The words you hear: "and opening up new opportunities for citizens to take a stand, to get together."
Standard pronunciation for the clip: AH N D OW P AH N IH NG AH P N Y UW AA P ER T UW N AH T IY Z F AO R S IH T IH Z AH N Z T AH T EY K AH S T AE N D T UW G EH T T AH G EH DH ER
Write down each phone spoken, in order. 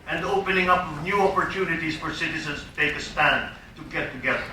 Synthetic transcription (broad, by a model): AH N D OW P AH N IH NG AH P N Y UW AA P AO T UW N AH T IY S F AO R S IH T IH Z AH N S T AH T EY K AH S T AE N D T UW G EH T T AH G EH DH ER